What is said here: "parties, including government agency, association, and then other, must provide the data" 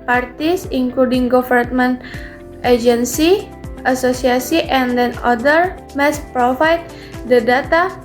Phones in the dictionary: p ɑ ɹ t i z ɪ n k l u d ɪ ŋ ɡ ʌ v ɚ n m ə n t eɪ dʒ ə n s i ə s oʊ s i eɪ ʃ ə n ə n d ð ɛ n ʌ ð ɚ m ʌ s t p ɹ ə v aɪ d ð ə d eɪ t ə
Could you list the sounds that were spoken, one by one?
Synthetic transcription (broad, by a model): p ɑ ɹ t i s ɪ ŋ k l u d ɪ ŋ ɡ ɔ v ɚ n m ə n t eɪ dʒ ə n s i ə s oʊ s i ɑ s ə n ə n d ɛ n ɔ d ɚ m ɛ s p ɹ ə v aɪ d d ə d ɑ t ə